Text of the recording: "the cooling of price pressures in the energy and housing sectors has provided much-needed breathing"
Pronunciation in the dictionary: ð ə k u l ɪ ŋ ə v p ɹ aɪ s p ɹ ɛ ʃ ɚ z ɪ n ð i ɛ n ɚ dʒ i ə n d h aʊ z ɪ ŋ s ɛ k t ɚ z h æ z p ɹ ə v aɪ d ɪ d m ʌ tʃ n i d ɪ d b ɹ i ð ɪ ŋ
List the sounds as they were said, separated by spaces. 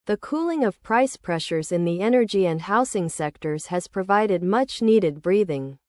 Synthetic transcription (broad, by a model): ð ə k u l ɪ ŋ ə v p ɹ aɪ s p ɹ ɛ ʃ ɚ z ɪ n ð i ɛ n ɚ dʒ i ə n d h aʊ s ɪ ŋ s ɛ k t ɚ z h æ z p ɹ ə v aɪ d ɪ d m ʌ tʃ n i d ɪ d b ɹ i ð ɪ ŋ